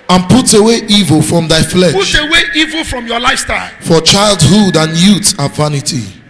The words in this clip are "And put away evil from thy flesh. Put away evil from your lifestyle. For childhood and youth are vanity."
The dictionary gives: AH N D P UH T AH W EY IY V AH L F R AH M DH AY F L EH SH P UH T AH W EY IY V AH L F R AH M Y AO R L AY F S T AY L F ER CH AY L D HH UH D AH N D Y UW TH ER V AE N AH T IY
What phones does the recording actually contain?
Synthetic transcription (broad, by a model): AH N P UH T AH W EY IY V AH L F R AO M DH AY F L EH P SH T AH W EY IY V AH L F R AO M Y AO L AY F S T AY L F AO CH AY L D HH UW D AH N Y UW T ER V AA N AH T IY